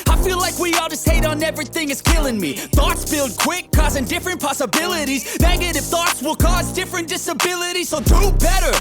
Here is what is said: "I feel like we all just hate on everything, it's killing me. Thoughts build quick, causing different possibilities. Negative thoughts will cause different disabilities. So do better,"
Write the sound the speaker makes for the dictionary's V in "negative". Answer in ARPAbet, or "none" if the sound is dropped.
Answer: F